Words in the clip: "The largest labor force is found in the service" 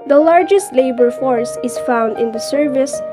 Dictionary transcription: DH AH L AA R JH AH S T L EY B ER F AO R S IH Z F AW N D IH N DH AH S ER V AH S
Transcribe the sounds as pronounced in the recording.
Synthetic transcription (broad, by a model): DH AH L AA R JH AH S T L EY B ER F AO R S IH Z F AW N D IH N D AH S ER V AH S